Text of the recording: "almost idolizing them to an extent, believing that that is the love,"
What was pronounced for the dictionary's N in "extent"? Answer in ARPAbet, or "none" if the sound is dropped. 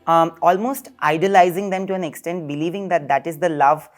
N